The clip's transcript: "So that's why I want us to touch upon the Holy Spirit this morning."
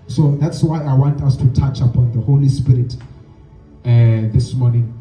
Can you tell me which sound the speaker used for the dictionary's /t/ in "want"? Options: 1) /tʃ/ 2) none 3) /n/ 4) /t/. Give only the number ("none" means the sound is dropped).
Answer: 4